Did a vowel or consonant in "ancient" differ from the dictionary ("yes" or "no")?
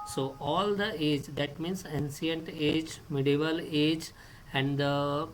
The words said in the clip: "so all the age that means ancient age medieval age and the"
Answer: yes